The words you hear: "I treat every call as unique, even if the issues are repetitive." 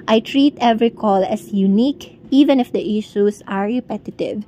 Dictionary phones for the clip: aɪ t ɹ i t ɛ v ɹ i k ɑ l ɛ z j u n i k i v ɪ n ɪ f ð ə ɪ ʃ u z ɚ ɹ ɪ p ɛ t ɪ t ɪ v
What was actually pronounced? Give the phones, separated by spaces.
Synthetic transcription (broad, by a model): aɪ t ɹ i t ɛ v ɹ i k ɑ l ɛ s j u n i k i v ɪ n ɪ f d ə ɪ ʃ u s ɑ ɹ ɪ p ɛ t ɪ t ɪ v